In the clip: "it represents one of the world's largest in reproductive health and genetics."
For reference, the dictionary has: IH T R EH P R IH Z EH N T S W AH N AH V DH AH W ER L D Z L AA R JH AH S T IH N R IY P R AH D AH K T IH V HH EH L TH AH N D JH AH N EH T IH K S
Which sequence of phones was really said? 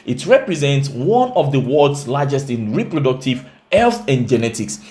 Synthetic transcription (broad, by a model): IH T R EH P R IH Z EH N T S W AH N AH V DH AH W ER D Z L AA JH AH S T IH N R IY P R AH D AH K T IH V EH L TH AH N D JH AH N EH T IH K S